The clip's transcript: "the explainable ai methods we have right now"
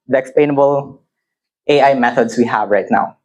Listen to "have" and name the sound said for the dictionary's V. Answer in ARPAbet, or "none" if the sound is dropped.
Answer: V